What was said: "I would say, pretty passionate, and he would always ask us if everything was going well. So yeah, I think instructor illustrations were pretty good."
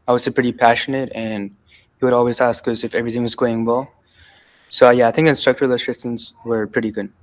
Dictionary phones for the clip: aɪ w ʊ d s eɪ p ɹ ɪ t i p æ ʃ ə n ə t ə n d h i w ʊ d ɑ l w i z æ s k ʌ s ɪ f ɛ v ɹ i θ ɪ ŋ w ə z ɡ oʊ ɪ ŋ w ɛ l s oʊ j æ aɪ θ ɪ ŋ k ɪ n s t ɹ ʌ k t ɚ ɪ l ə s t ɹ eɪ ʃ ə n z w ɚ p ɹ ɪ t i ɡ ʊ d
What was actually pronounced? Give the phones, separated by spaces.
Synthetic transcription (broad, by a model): aɪ w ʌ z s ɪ p ɹ ɪ t i p æ ʃ ə n ə t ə n h i w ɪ d ɑ l w i z æ s k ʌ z ɪ f ɛ v ɹ i θ ɪ ŋ w ə z ɡ oʊ ɪ ŋ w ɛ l s oʊ j æ aɪ θ ɪ ŋ k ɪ n s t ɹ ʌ k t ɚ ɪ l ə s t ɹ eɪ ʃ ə n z w ɚ p ɹ ɪ t i ɡ ʊ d